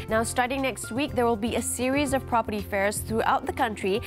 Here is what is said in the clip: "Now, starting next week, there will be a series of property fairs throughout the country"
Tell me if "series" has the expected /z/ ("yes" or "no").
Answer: yes